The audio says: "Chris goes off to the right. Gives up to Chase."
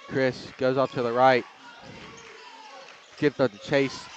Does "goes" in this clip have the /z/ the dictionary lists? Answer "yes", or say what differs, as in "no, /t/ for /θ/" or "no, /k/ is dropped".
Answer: yes